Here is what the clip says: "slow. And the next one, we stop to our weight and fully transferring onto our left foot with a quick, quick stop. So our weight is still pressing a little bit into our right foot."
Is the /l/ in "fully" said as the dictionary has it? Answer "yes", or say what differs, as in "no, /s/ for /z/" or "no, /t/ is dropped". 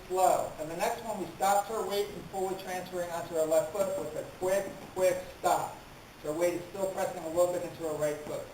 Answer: no, /w/ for /l/